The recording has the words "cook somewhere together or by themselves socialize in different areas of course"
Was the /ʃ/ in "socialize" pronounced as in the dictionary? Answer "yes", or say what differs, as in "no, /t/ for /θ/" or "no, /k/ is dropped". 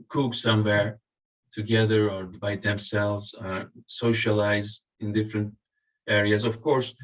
yes